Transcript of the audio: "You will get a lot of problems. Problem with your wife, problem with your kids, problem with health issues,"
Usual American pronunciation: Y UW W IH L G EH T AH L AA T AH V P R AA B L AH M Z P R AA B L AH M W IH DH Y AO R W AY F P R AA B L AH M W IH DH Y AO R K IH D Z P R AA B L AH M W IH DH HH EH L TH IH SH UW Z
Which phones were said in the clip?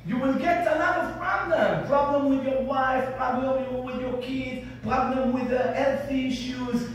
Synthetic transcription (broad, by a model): Y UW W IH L G EH T AH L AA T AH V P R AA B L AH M P R AA B L AH M W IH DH Y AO W AY F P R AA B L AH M W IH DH Y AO K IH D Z P R AA B L AH M W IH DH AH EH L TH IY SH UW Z